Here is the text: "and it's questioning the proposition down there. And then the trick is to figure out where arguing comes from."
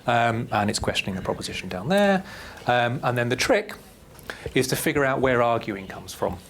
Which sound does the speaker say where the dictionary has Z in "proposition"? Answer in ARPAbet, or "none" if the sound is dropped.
Z